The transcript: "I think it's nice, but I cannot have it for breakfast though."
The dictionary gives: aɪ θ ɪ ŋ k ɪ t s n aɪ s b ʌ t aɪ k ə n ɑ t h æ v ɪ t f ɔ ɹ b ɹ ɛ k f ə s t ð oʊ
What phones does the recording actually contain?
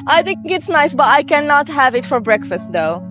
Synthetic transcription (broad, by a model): aɪ θ ɪ ŋ k ɪ t s n aɪ s b ʌ t aɪ k ə n ɑ t h æ v ɪ t f ɔ ɹ b ɹ ɛ k f ə s t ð oʊ